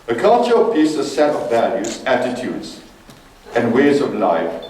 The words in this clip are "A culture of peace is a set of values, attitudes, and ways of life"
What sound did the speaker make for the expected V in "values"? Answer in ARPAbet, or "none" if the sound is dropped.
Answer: V